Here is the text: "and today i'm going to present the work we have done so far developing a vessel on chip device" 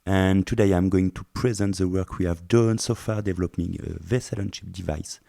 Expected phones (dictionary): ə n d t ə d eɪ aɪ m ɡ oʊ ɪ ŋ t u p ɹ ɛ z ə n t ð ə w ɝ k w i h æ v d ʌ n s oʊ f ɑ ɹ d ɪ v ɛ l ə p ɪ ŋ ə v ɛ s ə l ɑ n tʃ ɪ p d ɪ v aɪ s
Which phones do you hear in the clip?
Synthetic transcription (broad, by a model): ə n t ə d eɪ aɪ m ɡ oʊ ɪ ŋ t u p ɹ ɛ z ə n t ð ə w ɝ k w i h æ v d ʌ n s oʊ f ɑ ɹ d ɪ v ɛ l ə p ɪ ŋ ə v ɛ s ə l ɑ n ʃ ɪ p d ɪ v aɪ s